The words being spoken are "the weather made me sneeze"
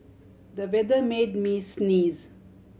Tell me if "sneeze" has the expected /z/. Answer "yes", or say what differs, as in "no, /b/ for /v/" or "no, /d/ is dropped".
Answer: yes